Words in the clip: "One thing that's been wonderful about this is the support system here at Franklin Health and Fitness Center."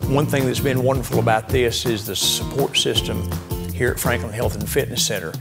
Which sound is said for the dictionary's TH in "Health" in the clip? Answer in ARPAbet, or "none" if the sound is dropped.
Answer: TH